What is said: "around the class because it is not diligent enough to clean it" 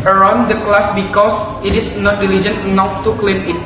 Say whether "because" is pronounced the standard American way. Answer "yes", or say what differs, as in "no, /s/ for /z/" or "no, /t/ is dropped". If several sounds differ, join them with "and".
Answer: no, /s/ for /z/